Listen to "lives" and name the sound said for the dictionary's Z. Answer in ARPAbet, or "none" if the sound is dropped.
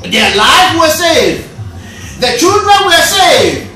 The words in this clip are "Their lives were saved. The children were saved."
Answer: none